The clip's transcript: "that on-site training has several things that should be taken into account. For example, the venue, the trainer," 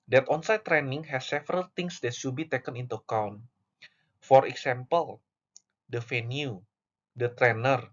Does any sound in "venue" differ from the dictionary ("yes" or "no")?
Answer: yes